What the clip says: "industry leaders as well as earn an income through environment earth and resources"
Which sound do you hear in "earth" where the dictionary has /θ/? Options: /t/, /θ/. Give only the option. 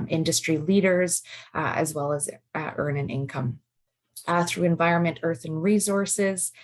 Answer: /θ/